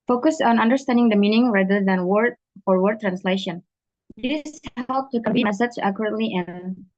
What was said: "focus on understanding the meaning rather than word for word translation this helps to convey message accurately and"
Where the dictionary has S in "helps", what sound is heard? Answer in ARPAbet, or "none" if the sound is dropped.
none